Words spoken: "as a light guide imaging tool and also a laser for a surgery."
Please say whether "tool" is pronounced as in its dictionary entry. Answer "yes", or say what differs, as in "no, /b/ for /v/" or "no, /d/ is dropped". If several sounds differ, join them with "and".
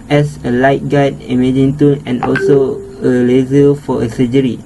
no, /n/ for /l/